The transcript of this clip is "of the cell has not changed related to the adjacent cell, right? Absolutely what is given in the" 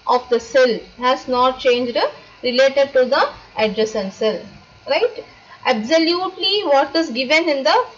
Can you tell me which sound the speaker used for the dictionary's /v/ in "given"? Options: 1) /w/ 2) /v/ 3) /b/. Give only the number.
2